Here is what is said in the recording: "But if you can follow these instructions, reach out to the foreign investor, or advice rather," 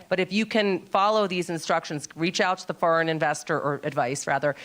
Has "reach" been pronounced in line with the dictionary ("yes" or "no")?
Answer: yes